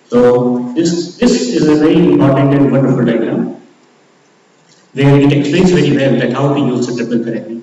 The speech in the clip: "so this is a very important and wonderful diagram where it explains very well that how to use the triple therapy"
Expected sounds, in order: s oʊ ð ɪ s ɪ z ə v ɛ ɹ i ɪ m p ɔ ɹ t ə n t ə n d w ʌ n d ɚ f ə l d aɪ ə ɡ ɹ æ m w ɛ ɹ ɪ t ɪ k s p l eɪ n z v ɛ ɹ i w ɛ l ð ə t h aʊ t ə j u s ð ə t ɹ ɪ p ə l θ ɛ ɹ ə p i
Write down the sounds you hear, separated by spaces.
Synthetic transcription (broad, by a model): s oʊ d ɪ s ɪ z ə v ɛ ɹ i ɪ m p ɔ ɹ t ə n t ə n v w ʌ n d ɚ f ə l d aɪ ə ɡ ɹ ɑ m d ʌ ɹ ɪ t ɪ k s p l eɪ n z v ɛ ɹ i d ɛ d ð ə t h aʊ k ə j u s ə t ɪ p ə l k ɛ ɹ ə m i